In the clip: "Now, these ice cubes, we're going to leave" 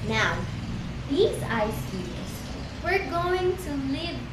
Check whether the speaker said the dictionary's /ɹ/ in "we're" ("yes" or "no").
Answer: yes